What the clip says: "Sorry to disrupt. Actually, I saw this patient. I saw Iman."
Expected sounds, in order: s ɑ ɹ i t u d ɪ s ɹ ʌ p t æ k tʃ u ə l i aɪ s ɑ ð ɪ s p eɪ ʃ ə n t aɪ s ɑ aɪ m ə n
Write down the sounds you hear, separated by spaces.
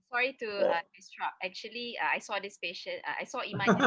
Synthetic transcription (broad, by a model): s ɑ ɹ i t u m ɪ s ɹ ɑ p ɛ k tʃ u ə l i aɪ s ɑ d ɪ s p eɪ ʃ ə n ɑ aɪ s ɑ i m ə